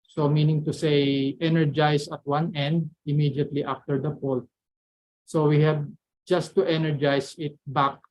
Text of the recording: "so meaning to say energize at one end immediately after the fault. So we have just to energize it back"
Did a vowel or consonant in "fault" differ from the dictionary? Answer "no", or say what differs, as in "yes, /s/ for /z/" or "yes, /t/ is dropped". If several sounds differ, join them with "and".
yes, /p/ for /f/